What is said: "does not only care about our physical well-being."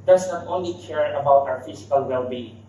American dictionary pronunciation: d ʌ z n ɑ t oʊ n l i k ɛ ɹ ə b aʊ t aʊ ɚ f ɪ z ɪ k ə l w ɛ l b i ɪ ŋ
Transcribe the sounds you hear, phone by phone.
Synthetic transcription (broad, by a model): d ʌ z n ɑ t oʊ n l i k ɛ ɹ ə b aʊ t aʊ ɚ f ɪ s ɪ k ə l w ɛ l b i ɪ